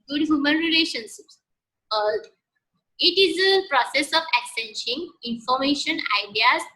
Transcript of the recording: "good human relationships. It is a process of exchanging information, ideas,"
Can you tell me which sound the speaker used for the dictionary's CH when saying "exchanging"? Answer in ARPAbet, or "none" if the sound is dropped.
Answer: none